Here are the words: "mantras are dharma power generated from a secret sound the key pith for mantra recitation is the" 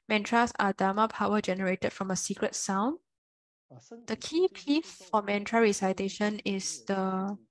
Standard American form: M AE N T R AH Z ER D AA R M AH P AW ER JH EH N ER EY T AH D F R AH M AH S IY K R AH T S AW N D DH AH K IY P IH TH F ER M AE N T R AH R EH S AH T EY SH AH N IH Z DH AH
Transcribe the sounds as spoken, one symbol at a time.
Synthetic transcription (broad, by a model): M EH N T R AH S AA D AA M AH P AW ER JH EH N ER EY T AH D F R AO M AH S IY K R AH T S AW N D AH K IY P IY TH F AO M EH N T R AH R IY S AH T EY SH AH N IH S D AH